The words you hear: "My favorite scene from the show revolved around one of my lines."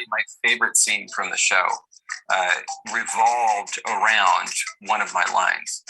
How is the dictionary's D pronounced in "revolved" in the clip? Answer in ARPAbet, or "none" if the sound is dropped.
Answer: D